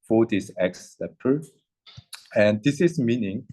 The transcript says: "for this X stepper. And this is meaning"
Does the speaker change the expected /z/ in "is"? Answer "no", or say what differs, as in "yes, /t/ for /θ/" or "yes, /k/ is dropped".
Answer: yes, /s/ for /z/